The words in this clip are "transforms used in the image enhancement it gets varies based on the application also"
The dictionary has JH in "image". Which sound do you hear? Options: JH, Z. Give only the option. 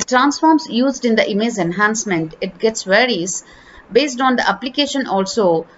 Z